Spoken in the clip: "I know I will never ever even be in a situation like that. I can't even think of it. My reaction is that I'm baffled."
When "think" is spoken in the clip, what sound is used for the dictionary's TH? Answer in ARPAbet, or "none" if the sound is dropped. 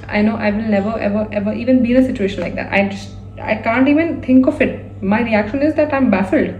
T